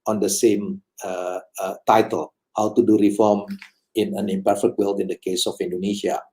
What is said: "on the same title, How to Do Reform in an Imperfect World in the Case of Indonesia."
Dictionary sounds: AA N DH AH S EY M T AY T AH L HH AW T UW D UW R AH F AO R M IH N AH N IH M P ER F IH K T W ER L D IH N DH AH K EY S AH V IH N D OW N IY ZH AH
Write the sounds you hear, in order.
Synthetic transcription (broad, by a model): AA N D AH S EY M T AY T AH L HH AW T UW D UW R AH F AO R M IH N AH N IH M P ER F IH K T W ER L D IH N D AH K EY S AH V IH N D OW N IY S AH